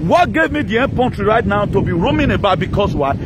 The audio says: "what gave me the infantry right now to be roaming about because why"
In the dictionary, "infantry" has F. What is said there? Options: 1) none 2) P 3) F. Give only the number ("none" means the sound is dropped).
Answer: 2